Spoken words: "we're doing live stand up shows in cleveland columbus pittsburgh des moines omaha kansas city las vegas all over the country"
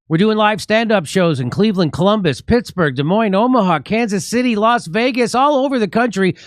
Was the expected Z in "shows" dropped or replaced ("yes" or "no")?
no